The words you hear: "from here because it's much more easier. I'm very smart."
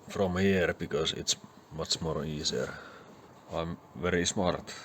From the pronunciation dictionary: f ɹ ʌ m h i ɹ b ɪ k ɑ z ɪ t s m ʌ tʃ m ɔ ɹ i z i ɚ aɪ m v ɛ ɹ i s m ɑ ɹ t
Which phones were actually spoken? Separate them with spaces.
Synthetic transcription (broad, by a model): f ɹ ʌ m h i ɹ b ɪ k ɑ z ɪ t s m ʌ s m ɔ ɹ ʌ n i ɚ aɪ m v ɛ ɹ i s m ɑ ɹ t